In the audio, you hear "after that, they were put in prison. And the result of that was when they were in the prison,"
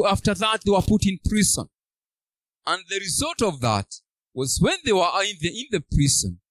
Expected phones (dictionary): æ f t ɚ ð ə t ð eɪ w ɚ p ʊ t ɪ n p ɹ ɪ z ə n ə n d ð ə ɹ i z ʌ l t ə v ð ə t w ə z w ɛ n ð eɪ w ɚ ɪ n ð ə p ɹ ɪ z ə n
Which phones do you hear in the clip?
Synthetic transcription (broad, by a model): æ f t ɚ ð ə t ð eɪ w ɚ p ʊ t ɪ n p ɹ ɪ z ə n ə n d ð ə ɹ i z ʌ l t ə v ð ə t w ə z w ɛ n ð eɪ w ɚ ɪ n ð ə p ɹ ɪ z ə n